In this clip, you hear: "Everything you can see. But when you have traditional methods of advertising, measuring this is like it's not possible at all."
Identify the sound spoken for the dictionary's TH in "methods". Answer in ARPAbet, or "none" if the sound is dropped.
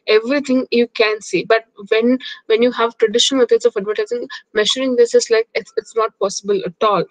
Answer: S